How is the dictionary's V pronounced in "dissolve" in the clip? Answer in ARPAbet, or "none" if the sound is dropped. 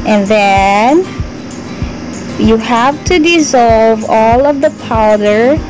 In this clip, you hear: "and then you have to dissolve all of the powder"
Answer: V